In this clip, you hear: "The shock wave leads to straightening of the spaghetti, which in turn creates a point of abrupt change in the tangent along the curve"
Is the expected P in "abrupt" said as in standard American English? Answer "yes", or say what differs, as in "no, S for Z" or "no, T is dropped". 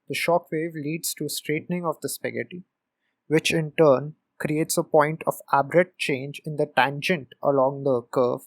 no, P is dropped